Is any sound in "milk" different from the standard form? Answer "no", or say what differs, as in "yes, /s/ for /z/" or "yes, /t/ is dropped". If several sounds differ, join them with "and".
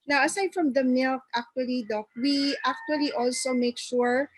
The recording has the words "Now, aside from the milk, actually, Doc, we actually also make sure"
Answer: no